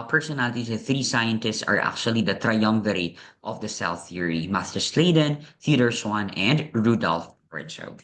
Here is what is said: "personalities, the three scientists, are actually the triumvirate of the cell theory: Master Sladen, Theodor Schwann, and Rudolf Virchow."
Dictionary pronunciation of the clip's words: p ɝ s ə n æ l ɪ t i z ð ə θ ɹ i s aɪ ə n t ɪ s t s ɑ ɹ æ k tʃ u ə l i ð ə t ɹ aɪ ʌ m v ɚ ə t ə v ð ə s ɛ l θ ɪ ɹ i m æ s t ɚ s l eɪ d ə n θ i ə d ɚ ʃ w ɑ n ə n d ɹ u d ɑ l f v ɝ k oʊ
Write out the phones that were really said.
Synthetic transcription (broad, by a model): p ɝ s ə n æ l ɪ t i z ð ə θ ɹ i s aɪ ə n t ɪ s t s ɑ ɹ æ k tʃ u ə l i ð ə t ɹ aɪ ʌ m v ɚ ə t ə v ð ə s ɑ w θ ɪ ɹ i m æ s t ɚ s l eɪ d ə n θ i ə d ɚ s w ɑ n ə n d ɹ u d ɑ l f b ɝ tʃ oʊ